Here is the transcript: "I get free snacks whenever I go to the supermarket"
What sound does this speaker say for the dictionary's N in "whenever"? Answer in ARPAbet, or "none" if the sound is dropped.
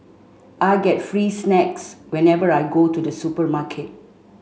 N